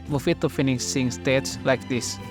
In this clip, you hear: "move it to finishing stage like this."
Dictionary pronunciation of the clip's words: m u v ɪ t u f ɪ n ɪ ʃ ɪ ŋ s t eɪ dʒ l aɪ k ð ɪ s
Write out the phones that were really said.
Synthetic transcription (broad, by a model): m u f ɪ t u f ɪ n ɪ s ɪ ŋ s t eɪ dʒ l aɪ k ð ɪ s